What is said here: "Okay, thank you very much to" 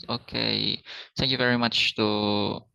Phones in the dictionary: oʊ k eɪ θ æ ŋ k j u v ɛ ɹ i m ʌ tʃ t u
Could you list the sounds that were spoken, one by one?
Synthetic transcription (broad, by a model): oʊ k eɪ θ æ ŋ k j u v ɛ ɹ i m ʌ tʃ t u